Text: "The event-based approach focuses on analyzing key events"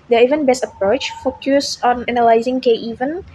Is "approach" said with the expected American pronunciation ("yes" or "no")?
yes